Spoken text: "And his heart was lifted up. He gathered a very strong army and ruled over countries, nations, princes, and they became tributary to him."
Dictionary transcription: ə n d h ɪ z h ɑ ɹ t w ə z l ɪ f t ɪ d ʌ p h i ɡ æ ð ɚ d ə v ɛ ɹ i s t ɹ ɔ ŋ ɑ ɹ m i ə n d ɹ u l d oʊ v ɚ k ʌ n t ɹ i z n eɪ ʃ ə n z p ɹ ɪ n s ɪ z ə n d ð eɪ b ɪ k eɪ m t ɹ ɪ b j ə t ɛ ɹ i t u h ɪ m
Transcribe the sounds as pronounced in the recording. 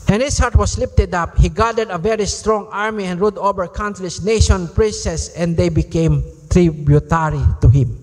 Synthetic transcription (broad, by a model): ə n h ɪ s h ɑ ɹ t w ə s l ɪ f t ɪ d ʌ p h i ɡ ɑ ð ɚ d ə v ɛ ɹ i s t ɹ ɔ ŋ ɑ ɹ m i ə n d ɹ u d oʊ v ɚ k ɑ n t l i s n eɪ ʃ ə n p ɹ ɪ n s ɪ s ə n d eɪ b ɪ k eɪ m t ɹ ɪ b j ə t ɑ ɹ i t u h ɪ m